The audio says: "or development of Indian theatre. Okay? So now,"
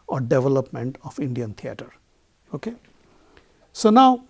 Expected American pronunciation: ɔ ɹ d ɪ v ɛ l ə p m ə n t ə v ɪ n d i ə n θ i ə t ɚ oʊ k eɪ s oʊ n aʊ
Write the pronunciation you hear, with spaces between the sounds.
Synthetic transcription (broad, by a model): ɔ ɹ d ɪ v ɛ l ə p m ə n t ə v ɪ n d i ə n t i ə t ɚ oʊ k eɪ s oʊ n aʊ